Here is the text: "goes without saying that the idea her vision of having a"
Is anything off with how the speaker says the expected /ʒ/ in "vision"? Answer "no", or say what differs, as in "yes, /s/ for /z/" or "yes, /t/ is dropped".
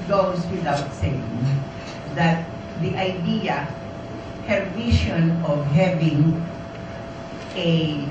yes, /ʃ/ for /ʒ/